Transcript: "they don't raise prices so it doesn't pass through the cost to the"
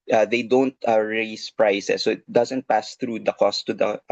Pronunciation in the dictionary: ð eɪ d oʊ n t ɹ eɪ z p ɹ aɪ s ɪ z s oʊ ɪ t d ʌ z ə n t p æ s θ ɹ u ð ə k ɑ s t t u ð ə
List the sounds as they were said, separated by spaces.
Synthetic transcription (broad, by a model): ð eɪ d oʊ n t ɹ eɪ s p ɹ aɪ s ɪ s oʊ ɪ t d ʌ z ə n t p æ s θ ɹ u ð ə k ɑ s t t u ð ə